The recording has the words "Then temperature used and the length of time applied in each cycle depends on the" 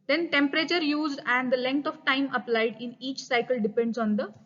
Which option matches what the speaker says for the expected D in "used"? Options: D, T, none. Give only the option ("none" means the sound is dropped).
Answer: D